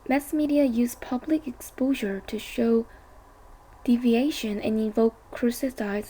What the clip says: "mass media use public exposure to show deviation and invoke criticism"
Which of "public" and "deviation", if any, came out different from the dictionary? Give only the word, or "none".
none